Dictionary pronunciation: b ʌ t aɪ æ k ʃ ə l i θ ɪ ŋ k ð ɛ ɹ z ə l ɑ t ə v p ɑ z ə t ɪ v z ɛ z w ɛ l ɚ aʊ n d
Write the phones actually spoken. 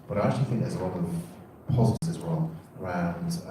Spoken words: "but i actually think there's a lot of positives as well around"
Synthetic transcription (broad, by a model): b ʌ t aɪ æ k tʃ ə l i θ ɪ ŋ k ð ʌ z ə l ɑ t ə v p ɑ z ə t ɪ z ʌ z w ɛ l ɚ aʊ n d